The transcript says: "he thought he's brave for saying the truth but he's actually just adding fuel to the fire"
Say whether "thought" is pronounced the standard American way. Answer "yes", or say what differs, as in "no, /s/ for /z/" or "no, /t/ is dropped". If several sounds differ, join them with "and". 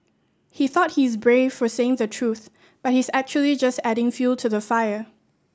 yes